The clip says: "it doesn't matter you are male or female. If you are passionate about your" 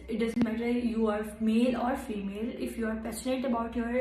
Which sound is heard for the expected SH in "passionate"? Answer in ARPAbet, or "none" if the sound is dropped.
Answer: S